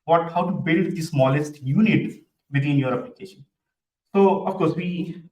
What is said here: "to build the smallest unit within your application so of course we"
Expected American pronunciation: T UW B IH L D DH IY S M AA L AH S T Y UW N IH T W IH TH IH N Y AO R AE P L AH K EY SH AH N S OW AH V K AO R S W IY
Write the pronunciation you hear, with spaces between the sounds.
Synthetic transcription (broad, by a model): T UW B IH L D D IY S M AA L AH S T Y UW N IH T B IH T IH N Y AO R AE P L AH K EY SH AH N S OW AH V K AO R S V IY